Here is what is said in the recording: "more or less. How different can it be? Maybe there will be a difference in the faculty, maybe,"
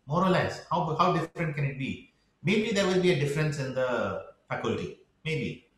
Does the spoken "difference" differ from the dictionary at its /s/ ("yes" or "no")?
no